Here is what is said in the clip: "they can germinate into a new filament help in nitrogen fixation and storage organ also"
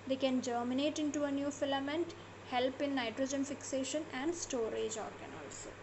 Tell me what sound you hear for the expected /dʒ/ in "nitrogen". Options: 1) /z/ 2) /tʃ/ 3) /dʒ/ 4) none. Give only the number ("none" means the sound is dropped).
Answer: 3